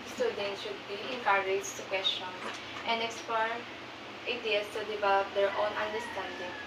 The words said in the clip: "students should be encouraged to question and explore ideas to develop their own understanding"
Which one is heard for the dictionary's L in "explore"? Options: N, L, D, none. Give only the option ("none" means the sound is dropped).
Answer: none